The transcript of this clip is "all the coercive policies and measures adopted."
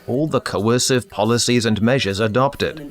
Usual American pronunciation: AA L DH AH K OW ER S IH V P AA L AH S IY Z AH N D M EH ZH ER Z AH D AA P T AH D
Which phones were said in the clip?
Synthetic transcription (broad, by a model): AA L DH AH K OW ER S IH V P AA L AH S IY Z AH N M EH ZH ER Z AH D AA P T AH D